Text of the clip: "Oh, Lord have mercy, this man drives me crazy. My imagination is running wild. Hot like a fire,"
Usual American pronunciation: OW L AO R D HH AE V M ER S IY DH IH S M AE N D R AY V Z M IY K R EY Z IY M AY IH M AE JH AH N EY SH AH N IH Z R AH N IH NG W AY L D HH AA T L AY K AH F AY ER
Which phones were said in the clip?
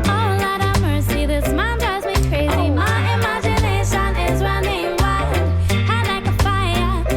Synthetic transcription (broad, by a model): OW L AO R D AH M ER S IY DH IH S M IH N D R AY Z M IY K R EY Z IY M AY IH M AE JH AH N EY SH AH N IH Z R AH N IH NG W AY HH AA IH L AY K AH F AY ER